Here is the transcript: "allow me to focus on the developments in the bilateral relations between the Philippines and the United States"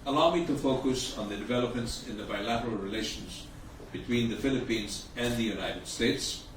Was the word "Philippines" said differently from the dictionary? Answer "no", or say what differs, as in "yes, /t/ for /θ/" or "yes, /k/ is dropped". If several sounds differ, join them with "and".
no